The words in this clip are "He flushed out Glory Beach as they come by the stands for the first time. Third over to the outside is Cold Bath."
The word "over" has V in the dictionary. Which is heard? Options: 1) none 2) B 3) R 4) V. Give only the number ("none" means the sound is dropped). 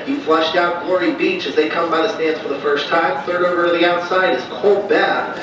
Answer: 1